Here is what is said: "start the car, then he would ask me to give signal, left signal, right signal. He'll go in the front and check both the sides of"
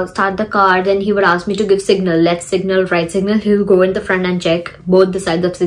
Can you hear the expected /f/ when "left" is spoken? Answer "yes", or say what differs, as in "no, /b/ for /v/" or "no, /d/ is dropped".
no, /f/ is dropped